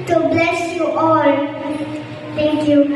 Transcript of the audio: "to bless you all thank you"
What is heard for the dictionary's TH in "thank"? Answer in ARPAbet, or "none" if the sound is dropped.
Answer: T